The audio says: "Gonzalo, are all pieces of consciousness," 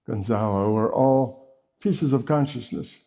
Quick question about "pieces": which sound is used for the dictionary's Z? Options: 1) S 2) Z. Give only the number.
2